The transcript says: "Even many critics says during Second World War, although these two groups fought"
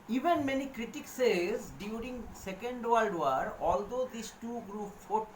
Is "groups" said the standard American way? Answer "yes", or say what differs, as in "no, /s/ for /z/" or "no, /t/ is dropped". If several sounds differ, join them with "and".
no, /s/ is dropped